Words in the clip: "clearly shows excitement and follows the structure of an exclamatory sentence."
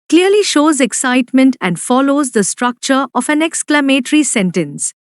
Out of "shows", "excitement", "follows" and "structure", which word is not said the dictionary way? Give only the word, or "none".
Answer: none